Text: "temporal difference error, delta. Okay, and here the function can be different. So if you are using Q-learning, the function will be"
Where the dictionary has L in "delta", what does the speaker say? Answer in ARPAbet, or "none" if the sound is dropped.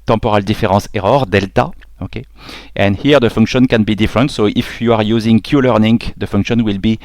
L